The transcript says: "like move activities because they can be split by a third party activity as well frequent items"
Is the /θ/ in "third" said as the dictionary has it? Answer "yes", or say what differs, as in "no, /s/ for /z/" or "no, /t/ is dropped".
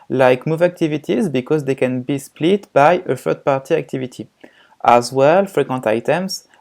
no, /f/ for /θ/